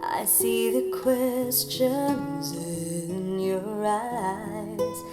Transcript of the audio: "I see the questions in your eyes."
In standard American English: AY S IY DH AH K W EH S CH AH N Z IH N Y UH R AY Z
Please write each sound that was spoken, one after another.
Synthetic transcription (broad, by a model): AY S IY DH AH K W EH S CH AH N Z IH N Y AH R AY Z